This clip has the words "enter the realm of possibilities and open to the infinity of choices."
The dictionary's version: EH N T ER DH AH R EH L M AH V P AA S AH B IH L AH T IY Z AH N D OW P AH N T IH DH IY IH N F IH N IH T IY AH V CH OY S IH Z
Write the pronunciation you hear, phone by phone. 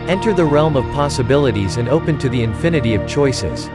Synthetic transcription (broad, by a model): EH N T ER DH AH R EH L M AH V P AA S AH B IH L AH T IY Z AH N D OW P AH N T IH DH IY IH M F IH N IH T IY AH V CH OY S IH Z